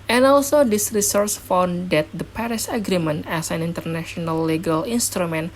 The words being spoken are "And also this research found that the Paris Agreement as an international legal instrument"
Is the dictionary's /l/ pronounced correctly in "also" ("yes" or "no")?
yes